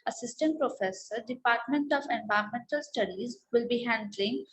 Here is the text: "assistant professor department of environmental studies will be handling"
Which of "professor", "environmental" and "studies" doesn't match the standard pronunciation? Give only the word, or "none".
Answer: environmental